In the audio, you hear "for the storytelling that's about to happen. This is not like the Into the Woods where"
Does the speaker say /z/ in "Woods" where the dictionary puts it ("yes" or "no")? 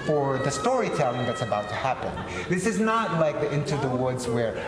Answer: yes